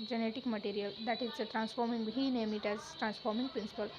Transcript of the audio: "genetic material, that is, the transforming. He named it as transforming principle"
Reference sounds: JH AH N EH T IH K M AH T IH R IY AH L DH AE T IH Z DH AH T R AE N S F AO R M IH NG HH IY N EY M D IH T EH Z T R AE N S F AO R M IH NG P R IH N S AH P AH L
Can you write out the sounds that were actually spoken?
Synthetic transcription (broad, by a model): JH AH N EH T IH K M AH T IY R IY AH L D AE T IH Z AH T R AE N S F AO R M IH NG HH IY N EY M IH T EH Z T R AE N S F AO R M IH NG P R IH N S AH P AH L